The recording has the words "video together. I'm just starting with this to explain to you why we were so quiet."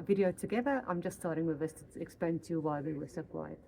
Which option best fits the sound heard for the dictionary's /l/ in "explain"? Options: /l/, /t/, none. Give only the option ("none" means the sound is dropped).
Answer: none